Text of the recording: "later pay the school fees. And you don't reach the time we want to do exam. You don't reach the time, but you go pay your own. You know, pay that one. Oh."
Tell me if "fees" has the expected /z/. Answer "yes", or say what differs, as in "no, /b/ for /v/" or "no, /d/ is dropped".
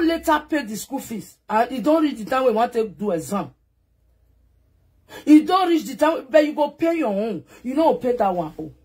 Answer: no, /s/ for /z/